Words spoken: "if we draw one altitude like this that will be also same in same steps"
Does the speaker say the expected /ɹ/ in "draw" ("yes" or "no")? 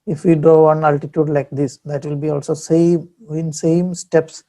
no